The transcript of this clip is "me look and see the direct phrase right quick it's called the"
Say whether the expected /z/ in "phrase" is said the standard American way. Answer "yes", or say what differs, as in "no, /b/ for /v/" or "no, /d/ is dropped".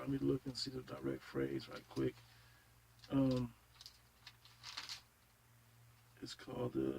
yes